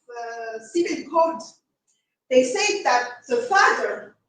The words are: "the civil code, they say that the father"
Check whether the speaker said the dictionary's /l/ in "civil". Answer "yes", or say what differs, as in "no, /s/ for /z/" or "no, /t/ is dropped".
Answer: no, /n/ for /l/